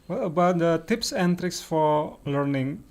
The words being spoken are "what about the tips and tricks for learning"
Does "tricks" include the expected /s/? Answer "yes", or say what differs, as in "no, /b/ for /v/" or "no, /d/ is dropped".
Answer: yes